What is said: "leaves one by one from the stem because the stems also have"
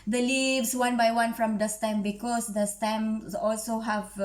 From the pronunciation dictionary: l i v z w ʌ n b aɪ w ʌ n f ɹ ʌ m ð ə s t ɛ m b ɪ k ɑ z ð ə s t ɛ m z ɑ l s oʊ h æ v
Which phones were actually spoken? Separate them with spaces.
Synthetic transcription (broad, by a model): l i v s w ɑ n b aɪ w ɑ n f ɹ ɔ m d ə s t ɛ m b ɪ k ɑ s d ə s t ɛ m ɑ l s oʊ h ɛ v